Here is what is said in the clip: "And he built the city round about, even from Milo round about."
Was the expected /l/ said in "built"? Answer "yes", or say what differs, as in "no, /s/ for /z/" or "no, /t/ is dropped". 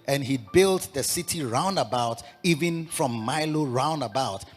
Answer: yes